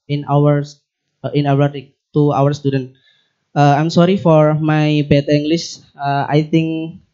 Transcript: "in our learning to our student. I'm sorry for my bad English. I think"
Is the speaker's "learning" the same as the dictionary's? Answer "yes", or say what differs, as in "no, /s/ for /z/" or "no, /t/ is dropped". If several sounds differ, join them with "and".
no, /w/ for /l/ and /n/ is dropped